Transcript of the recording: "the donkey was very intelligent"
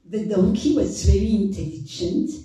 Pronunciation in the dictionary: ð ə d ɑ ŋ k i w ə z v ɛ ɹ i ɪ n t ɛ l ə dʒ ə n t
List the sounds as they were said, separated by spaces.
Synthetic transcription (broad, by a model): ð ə d ɑ ŋ k i w ə z v ɛ ɹ i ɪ n t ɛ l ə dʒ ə n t